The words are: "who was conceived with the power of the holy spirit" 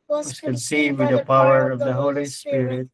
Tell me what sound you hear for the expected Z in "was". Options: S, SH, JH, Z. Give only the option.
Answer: S